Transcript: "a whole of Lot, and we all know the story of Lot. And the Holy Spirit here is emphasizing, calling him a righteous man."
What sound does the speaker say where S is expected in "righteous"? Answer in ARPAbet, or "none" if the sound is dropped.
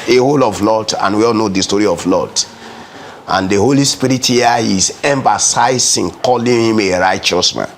S